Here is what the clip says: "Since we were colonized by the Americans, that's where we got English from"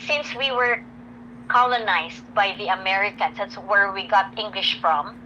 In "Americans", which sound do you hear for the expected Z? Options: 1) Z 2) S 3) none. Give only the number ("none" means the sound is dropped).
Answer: 2